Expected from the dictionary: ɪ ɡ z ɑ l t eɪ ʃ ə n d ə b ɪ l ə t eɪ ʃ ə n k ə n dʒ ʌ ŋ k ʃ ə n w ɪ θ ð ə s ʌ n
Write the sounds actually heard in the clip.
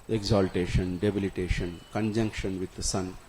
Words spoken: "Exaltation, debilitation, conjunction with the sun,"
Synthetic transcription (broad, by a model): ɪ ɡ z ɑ l t eɪ ʃ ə n d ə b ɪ l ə t eɪ ʃ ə n k ə n dʒ ʌ ŋ k ʃ ə n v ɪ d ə s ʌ n